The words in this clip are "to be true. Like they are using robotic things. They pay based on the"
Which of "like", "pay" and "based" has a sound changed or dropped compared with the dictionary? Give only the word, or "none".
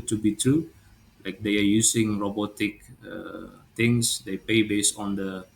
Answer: based